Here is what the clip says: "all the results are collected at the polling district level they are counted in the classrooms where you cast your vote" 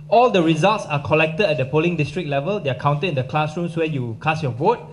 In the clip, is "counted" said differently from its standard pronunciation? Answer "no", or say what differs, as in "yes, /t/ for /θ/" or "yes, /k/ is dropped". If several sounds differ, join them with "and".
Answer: yes, /d/ is dropped